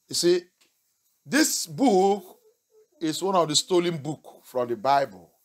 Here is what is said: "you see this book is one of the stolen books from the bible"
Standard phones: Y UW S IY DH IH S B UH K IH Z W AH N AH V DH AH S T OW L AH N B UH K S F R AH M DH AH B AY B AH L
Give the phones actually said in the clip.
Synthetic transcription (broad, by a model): Y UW S IY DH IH S B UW K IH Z W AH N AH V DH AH S T OW L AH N B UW K F R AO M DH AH B AY B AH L